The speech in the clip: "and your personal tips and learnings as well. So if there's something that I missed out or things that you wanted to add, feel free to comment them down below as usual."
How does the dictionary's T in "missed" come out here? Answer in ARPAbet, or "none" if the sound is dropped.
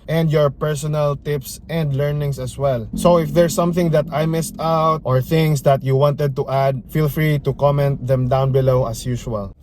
T